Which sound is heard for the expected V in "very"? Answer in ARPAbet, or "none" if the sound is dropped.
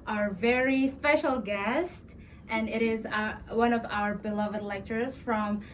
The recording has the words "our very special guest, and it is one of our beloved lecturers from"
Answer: V